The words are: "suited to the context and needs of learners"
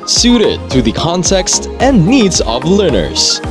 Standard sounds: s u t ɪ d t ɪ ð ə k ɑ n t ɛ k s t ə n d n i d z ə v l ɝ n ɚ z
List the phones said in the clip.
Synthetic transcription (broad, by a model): s u t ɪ d t ɪ ð ə k ɑ n t ɛ k s t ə n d n i d z ə v l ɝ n ɚ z